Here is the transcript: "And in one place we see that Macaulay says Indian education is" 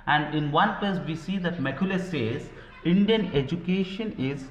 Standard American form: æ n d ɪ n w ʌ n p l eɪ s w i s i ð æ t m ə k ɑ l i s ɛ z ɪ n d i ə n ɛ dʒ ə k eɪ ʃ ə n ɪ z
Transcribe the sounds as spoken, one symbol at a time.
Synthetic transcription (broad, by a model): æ n d ɪ n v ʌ n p eɪ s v i s i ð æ t m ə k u l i s ɛ z ɪ n d i ə n ɛ dʒ ə k eɪ ʃ ə n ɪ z